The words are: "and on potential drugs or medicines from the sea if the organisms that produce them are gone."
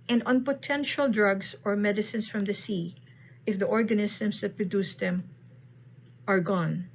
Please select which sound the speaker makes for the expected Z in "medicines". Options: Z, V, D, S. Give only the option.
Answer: S